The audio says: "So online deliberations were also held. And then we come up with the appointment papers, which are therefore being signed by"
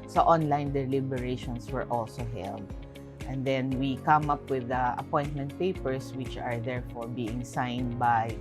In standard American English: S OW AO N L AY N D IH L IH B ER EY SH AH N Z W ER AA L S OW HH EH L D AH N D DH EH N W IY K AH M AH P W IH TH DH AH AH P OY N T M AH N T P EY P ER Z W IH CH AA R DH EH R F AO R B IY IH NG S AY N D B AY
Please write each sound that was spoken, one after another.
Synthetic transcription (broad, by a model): S OW AO N L AY N D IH L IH B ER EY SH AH N S W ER AA L S OW HH EH L D AH N D EH N W IY K AH M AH P W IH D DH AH AH P OY N T M AH N T P EY P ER S W IH CH AA R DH EH R F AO R B IY IH NG S AY N D B AY